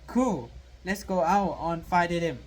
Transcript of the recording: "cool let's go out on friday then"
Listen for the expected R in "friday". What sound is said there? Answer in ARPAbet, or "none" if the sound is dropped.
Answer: none